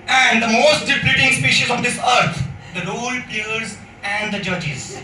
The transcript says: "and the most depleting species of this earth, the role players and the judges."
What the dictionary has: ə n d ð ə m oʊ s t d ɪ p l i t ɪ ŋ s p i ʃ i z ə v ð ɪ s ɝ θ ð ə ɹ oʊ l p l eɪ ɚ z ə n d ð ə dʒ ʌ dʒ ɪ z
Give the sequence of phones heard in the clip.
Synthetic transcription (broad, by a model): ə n d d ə m oʊ s t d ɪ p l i t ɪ ŋ s p i ʃ i z ə v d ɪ s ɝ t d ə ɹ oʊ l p i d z ə n d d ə dʒ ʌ dʒ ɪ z